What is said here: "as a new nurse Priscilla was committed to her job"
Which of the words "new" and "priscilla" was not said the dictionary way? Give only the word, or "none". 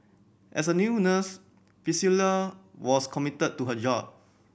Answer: priscilla